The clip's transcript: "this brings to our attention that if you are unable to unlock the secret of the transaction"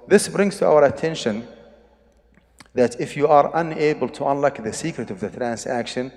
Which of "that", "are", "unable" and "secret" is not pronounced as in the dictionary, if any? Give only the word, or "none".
none